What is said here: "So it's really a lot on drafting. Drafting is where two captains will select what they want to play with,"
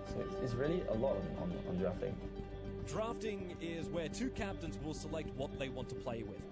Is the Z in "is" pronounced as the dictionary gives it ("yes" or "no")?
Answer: yes